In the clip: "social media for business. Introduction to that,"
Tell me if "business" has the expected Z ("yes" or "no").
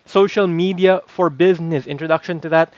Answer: yes